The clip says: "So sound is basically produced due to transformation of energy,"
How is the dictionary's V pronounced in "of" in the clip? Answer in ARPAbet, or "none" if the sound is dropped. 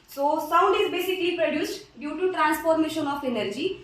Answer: P